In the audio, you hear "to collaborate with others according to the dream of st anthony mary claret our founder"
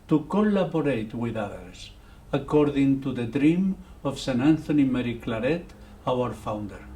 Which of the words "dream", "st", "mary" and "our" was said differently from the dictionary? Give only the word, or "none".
st